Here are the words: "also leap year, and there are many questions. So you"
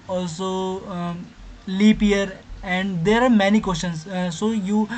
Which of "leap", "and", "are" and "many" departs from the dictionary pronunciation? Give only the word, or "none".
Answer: none